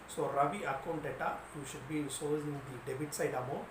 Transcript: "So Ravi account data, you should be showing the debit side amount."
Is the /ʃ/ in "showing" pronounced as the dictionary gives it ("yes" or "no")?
no